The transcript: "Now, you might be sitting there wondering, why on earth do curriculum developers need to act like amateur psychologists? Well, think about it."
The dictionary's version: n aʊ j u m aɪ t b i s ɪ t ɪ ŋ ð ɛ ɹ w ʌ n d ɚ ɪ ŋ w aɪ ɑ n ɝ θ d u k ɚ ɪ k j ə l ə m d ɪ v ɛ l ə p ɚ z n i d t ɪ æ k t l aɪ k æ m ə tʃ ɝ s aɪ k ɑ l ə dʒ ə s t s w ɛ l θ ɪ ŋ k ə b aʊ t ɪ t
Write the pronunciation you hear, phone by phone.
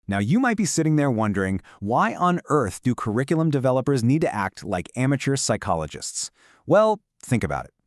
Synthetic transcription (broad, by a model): n aʊ j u m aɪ t b i s ɪ t ɪ ŋ ð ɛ ɹ w ʌ n d ɚ ɪ ŋ w aɪ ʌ n ɝ θ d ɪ k ɚ ɪ k j l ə m d ɪ v ɛ l ə p ɚ z n i d t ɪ æ k t l aɪ k æ m ə tʃ ɝ s aɪ k ɑ l ə dʒ ə s t s w ɛ l θ ɪ ŋ k ə b aʊ t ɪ t